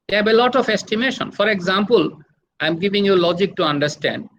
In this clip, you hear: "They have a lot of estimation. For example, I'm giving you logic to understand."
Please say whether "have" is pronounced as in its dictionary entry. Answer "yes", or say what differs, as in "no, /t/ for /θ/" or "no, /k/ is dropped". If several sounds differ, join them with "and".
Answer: no, /b/ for /v/